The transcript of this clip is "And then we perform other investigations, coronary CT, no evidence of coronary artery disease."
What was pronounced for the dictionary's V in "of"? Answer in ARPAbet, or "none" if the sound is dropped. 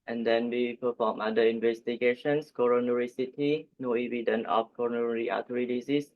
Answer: F